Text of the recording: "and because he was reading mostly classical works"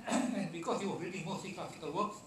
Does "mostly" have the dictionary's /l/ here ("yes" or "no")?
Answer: no